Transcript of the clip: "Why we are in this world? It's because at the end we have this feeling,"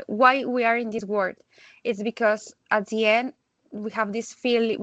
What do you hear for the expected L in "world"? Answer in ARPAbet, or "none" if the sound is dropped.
none